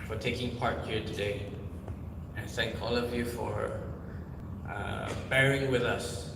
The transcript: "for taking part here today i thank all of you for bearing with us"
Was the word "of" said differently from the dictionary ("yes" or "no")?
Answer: no